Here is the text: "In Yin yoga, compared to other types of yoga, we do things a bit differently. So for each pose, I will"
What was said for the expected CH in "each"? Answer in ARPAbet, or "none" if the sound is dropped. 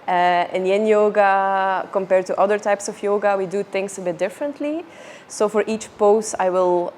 CH